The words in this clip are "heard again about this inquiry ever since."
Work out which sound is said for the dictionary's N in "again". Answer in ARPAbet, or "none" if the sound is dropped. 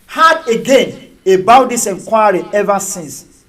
N